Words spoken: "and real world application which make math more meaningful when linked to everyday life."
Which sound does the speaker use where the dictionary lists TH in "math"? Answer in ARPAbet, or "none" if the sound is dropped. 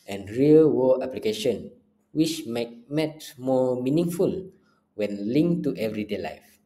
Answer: T